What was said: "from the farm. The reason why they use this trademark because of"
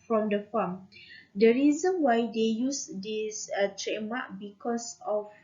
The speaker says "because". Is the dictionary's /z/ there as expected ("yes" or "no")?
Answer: no